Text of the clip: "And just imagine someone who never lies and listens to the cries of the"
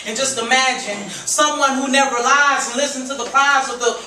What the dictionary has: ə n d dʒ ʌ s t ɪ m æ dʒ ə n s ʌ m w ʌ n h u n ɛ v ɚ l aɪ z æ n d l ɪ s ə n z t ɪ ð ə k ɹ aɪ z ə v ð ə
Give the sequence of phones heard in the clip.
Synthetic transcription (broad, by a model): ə n dʒ ʌ s t ɪ m æ dʒ ə n s ʌ m w ʌ n h u n ɛ v ɚ l aɪ z n l ɪ s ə n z t ɪ ð ə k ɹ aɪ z ə v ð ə